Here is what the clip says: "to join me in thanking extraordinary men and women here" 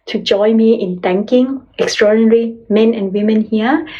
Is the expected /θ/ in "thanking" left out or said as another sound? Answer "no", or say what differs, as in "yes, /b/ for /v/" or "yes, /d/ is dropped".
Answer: yes, /t/ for /θ/